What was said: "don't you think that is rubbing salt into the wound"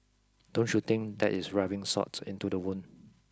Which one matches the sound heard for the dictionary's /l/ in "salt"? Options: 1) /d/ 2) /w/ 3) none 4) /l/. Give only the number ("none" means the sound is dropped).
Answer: 3